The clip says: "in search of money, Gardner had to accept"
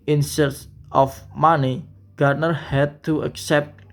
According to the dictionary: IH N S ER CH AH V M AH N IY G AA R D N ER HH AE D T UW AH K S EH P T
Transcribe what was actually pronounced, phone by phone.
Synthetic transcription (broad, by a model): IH N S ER S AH F M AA N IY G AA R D N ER HH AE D T UW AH K S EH P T